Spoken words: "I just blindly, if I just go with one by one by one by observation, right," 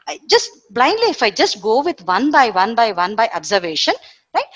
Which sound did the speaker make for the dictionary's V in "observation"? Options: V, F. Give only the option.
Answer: V